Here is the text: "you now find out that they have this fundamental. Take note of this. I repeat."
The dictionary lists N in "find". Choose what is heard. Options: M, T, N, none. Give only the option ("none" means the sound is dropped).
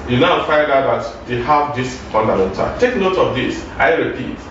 none